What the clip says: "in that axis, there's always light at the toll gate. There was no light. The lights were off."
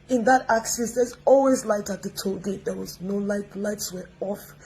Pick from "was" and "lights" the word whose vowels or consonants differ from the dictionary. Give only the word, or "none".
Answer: none